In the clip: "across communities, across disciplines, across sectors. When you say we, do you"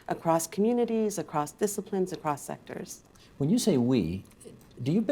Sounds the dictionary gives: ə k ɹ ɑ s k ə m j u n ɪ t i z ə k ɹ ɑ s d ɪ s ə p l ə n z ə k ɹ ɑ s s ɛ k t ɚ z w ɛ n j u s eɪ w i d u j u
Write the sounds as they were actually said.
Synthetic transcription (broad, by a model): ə k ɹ ɑ s k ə m j u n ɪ t i z ə k ɹ ɑ s d ɪ s ə p l ə n z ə k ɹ ɑ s s ɛ k t ɚ z w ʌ n j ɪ s eɪ w i d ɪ j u